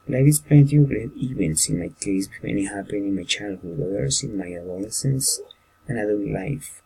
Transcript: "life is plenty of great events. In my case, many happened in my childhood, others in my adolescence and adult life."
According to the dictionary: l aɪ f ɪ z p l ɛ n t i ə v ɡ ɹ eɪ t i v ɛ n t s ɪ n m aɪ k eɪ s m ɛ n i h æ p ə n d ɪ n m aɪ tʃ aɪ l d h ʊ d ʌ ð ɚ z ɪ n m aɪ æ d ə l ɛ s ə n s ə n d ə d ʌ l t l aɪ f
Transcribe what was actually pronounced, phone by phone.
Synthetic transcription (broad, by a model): l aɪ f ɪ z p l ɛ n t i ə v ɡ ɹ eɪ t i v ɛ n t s ɪ n m aɪ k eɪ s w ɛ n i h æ p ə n ɪ n m aɪ tʃ aɪ l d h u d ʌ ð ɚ s ɪ n m aɪ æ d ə l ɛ s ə n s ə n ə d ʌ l l aɪ f